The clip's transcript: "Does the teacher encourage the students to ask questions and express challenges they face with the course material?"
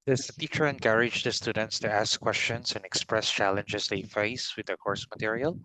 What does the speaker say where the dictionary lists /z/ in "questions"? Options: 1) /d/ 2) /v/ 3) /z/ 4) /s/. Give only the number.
4